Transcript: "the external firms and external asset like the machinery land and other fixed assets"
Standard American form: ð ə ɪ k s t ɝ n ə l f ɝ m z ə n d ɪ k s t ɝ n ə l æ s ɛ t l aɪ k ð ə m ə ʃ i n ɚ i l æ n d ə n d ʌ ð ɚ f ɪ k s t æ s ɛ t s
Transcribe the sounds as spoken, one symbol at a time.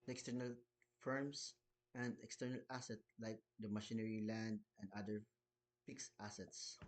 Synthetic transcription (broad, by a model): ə k s t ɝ n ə l f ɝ m s ə n d ɪ k s t ɝ n ə l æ s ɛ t l aɪ k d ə m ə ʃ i n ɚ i l æ n d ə n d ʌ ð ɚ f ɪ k s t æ s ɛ t s